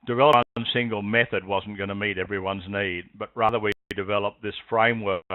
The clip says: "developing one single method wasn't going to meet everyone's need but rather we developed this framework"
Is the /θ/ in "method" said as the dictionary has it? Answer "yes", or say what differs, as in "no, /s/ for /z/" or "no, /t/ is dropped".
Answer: yes